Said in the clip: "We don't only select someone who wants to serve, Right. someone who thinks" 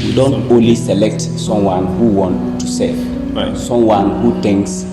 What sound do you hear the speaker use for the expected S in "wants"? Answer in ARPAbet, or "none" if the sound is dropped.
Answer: none